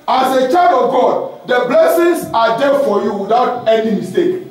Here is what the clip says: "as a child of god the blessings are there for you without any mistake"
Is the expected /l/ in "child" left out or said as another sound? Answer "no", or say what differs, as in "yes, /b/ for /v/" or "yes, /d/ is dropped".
yes, /l/ is dropped